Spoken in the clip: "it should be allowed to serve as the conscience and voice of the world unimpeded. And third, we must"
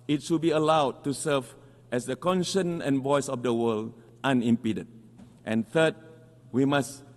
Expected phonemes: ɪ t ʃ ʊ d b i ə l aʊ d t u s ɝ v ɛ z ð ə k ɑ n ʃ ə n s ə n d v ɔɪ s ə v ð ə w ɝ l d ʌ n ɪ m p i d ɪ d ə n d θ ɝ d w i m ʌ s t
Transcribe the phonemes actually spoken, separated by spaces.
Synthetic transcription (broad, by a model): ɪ t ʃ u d b i ə l aʊ d t u s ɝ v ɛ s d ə k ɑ n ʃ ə n ə n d v ɔɪ s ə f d ə w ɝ l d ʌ n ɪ m p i d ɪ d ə n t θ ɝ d w i m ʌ s